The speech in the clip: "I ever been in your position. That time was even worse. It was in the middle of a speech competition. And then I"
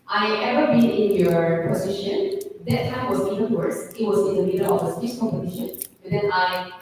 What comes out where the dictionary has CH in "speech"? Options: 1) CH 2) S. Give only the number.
2